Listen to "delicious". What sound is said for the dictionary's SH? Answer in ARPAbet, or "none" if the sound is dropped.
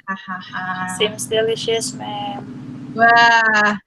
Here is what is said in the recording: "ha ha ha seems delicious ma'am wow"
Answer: SH